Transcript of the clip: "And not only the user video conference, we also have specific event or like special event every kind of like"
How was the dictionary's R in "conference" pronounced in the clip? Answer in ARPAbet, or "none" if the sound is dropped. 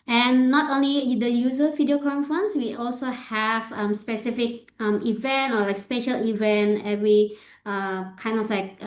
none